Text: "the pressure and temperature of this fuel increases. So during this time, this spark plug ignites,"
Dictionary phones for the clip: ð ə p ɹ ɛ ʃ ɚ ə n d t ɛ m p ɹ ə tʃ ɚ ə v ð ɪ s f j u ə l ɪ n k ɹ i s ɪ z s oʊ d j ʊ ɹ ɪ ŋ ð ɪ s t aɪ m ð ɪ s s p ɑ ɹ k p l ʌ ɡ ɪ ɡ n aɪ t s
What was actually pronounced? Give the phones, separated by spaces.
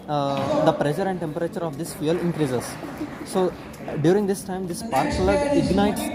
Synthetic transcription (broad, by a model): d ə p ɹ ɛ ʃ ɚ ə n d t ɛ m p ɹ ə tʃ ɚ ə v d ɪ s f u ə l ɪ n k ɹ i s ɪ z s oʊ d j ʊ ɹ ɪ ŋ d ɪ s t aɪ m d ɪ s s p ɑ ɹ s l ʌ ɪ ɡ n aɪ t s